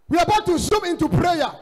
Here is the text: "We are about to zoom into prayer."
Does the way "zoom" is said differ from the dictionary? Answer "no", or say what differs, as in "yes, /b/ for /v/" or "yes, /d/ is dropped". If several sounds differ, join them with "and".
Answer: yes, /s/ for /z/